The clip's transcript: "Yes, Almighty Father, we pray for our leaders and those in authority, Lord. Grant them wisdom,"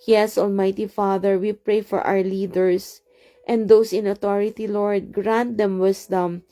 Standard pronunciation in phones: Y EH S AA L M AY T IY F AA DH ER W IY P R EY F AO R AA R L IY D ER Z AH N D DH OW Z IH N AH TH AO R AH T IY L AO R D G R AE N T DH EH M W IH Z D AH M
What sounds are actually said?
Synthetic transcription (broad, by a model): Y EH S AA L M AY T IY F AA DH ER W IY P R EY F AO R AA W L IY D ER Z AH N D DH OW S IH N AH T AO R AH T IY L AO R D G R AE N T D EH M W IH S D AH M